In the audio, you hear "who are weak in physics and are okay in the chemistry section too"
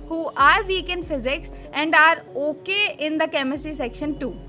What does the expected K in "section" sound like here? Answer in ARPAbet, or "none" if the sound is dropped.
K